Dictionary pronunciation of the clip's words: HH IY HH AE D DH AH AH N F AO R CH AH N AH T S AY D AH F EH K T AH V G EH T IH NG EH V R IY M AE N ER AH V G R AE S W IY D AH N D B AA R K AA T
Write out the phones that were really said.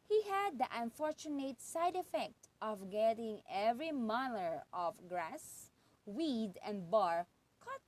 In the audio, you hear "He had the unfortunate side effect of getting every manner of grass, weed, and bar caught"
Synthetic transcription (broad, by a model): HH IY HH AE D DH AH AH N F AO R CH AH N AH T S AY D AH F EH K T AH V G EH T IH NG EH V R IY M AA L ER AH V G R AE S W IY D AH N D B AA R K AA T